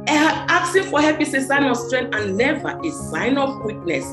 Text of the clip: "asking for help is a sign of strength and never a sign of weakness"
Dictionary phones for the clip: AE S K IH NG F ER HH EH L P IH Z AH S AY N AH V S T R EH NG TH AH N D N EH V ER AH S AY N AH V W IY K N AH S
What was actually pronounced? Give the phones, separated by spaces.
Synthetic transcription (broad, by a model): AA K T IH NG F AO HH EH P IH S AH S AY N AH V S T R EH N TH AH N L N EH V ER AH S AY N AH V W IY K N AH S